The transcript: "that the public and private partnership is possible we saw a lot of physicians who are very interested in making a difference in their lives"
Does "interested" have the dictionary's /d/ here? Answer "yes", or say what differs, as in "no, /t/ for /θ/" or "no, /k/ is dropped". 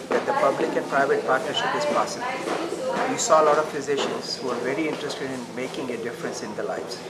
yes